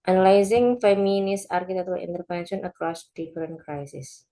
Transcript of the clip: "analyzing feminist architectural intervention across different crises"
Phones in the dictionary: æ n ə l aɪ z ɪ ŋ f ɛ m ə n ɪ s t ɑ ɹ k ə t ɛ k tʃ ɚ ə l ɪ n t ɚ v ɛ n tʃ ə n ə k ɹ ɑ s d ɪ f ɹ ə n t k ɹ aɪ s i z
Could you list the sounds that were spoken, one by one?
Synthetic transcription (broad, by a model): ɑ n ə l aɪ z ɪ ŋ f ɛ m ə n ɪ s ɑ ɹ k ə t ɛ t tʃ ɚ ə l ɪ n t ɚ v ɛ n ʃ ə n ə k ɹ ɑ s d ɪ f ɹ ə n k ɹ aɪ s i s